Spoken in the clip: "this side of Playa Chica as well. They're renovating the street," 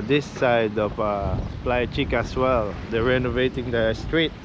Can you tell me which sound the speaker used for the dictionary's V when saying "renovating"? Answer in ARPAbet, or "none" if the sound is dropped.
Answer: V